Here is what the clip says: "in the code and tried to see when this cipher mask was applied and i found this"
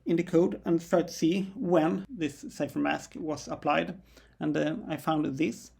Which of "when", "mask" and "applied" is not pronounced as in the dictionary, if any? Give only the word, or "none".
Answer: none